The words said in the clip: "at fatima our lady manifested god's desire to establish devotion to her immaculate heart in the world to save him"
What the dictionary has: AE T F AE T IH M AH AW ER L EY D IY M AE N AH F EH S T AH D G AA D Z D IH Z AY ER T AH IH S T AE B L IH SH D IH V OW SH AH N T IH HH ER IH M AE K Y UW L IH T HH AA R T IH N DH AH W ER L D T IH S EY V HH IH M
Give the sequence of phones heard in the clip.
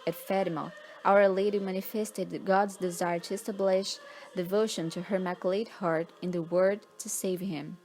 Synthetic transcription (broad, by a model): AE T F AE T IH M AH AW ER L EY D IY M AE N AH F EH S T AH D G AA D Z D IH Z AY ER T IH S T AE B L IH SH D IH V OW SH AH N T IH HH ER M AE K L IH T HH AA R T IH N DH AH W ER D T IH S EY V HH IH M